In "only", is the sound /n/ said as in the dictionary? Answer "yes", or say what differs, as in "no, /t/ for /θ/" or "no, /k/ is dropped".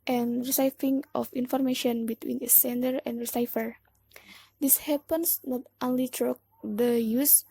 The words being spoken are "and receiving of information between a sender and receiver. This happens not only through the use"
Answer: yes